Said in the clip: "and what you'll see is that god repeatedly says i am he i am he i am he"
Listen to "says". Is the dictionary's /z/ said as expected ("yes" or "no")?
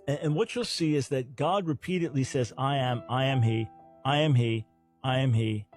yes